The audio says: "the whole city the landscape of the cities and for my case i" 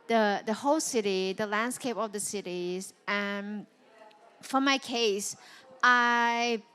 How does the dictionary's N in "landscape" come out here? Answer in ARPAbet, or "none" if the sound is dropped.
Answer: N